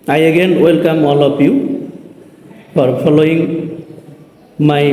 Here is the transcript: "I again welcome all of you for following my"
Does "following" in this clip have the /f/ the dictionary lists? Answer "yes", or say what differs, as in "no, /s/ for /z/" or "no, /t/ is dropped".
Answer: no, /p/ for /f/